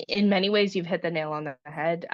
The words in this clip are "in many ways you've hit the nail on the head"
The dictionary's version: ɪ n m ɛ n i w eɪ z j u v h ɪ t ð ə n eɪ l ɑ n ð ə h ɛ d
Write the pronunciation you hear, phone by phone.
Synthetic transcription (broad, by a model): ɪ n m ɛ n i w eɪ z j u v h ɪ t ð ə n eɪ l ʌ n ð ə h ɛ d